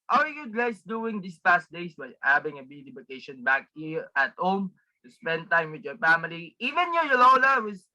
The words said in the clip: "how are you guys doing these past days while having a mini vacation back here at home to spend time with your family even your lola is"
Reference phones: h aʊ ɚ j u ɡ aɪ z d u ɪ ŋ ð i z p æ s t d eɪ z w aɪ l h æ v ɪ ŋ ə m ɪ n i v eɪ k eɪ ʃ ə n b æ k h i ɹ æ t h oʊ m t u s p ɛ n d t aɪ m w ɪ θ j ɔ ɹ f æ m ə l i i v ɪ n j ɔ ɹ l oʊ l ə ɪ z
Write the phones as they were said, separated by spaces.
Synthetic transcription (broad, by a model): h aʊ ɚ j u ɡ aɪ s d u ɪ ŋ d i s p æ s t d eɪ s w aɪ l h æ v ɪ ŋ ə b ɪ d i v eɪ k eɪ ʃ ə n b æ k h i ɹ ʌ t h oʊ m t u s p ɛ n d t aɪ m w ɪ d j ɔ ɹ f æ m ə l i i v ɪ n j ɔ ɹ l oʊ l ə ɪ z